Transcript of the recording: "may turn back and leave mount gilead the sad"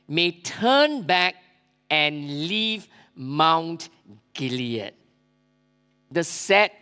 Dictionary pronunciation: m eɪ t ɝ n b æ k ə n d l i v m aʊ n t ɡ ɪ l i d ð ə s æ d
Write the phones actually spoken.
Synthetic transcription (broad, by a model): m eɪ t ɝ n b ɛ k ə n l i v m aʊ n t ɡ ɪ l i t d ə s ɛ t